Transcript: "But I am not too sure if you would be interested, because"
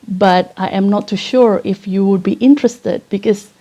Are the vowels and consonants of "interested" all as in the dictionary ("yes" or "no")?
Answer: yes